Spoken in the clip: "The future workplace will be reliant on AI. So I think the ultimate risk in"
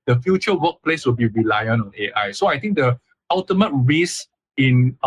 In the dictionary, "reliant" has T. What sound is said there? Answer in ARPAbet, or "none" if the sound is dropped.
none